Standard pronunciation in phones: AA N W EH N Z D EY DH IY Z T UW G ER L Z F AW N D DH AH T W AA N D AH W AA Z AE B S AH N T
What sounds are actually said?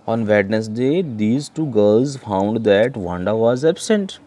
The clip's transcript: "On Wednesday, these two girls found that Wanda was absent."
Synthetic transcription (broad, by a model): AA N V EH N S D EY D IY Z T UW G ER L Z F AW N D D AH T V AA N D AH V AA Z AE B S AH N T